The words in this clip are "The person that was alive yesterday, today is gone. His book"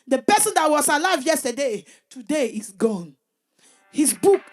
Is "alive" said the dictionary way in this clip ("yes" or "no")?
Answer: yes